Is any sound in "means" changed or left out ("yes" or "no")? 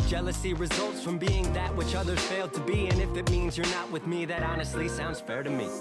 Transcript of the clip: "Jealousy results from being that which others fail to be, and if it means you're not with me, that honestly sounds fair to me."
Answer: no